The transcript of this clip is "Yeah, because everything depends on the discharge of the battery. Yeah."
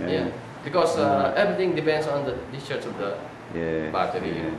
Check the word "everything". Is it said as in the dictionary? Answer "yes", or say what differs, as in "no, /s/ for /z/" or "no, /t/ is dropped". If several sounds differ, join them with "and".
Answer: no, /t/ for /θ/